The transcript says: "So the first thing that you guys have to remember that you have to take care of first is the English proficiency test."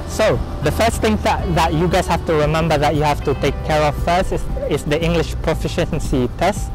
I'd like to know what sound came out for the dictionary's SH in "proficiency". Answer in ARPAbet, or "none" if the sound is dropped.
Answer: SH